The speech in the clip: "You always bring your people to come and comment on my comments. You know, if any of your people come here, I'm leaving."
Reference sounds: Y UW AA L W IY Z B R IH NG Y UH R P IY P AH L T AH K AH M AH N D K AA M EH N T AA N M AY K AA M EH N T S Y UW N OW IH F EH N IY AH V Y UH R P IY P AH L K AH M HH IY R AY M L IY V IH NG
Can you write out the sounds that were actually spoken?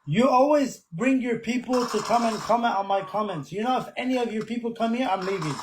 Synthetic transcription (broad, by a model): Y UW AA L W IY Z B R IH NG Y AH R P IY P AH L T AH K AH M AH N K AA M EH N T N M AY K AA M EH N T S Y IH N OW IH F EH N IY AH V Y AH R P IY P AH L K AH M HH IY R AY M L IY V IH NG